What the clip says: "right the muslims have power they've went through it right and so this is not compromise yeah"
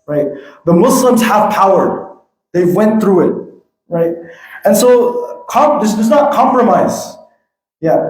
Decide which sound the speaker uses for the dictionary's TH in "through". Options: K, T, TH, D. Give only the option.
TH